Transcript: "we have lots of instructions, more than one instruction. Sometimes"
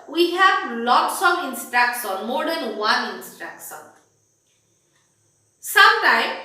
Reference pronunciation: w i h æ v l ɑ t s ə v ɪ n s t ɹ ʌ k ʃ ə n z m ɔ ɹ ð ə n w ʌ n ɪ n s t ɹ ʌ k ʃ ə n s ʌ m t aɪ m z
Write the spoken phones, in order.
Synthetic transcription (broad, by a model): w i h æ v l ɑ t s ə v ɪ n s t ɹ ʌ k s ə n m ɔ ɹ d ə n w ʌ n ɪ n s t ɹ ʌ k s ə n s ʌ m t aɪ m